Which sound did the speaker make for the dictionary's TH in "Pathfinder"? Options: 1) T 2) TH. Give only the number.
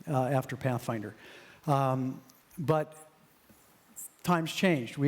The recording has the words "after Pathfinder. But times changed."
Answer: 2